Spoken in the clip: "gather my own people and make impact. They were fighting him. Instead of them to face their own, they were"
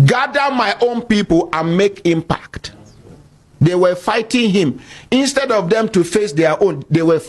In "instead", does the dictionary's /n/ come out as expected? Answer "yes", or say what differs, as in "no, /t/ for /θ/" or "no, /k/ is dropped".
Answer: yes